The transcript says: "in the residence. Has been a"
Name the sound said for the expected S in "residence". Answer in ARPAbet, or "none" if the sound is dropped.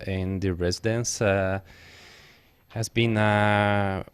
S